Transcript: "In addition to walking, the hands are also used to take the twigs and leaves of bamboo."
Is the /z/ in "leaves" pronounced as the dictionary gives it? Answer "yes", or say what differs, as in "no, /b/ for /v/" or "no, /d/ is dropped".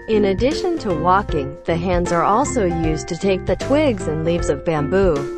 yes